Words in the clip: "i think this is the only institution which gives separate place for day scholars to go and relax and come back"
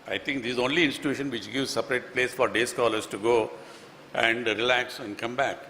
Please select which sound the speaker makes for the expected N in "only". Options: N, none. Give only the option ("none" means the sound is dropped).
N